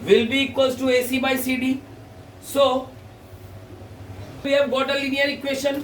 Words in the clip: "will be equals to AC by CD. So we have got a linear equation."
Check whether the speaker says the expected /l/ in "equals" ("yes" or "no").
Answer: no